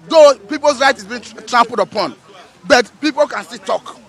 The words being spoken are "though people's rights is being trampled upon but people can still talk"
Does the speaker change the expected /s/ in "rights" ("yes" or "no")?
yes